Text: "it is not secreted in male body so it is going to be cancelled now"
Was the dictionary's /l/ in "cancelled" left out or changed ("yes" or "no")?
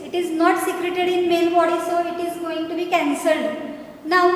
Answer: no